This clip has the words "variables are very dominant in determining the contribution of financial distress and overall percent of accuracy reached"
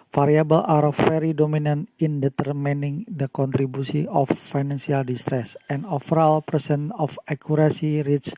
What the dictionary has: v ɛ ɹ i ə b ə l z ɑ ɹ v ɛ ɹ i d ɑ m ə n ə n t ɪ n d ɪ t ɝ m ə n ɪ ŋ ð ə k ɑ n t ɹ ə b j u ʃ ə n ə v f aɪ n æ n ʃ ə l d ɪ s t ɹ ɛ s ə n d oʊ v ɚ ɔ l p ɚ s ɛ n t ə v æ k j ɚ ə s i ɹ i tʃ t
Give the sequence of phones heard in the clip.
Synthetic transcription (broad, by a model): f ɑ ɹ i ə b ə l ɑ ɹ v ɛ ɹ i d ɑ m ə n ə n t ɪ n d ɪ t ɝ m ə n ɪ ŋ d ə k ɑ n t ɹ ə b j u s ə ə f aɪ n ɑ n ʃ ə l d ɪ s t ɹ ɛ s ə n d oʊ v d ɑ l p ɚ s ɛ n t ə f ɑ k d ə s i ɹ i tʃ